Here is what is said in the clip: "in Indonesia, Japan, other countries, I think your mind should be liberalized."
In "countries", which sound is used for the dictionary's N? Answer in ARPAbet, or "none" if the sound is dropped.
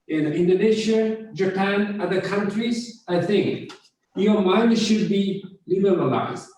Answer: N